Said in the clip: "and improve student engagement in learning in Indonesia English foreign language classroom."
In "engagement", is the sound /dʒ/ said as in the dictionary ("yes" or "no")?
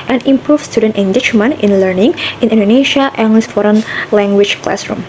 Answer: no